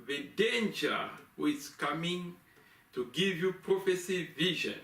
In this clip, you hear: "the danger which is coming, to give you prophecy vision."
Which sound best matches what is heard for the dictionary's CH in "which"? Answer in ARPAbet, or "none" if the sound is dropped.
none